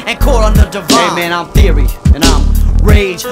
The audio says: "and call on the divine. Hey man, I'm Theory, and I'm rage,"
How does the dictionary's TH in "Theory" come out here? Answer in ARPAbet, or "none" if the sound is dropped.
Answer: TH